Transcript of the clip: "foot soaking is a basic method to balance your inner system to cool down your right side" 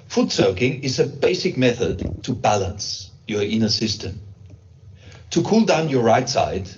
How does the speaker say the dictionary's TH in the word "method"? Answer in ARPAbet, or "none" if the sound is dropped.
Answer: TH